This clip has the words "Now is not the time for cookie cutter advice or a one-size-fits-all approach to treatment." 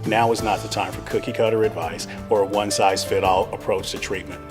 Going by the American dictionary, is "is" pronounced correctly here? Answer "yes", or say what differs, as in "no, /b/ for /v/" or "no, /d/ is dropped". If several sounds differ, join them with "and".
yes